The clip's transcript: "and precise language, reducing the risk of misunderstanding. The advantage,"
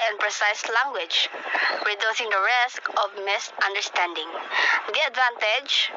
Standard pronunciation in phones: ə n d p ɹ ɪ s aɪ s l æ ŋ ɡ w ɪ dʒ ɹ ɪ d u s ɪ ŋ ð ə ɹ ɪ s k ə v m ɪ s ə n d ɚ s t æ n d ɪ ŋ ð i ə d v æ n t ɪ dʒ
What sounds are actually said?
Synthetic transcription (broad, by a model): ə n p ɹ ɪ s aɪ s l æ ŋ ɡ w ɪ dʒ ɹ ɪ d u s ɪ ŋ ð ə ɹ ɪ s k ə v m ɪ s ə n d ɚ s t æ n d ɪ ŋ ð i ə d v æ n t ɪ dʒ